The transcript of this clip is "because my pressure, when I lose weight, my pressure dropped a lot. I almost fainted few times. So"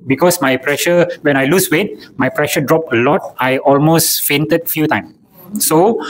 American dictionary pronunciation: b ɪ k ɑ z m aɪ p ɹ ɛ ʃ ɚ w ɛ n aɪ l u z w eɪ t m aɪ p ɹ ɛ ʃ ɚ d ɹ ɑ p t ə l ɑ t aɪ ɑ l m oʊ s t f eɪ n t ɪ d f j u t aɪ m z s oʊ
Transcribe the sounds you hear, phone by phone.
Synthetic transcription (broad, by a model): b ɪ k ɑ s m aɪ p ɹ ɛ ʃ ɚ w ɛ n aɪ l u s w eɪ t m aɪ p ɹ ɛ ʃ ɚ d ɹ ɑ p ə l ɑ t aɪ ɑ l m oʊ s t f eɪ n t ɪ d f j u t aɪ m s oʊ